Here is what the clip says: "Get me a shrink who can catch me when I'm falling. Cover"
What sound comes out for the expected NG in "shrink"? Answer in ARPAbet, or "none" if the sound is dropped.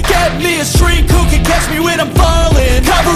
none